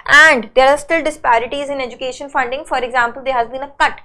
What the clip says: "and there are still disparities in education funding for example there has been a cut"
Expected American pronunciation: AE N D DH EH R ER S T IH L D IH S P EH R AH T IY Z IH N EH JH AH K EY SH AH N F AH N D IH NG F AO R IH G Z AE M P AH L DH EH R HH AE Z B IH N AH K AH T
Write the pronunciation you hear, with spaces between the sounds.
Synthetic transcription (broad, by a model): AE N D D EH R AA S T IH L D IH S P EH R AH T IY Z IH N EH JH AH K EY SH AH N F AH N D IH NG F AO R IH G Z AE M P AH L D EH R HH AE Z B IH N AH K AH T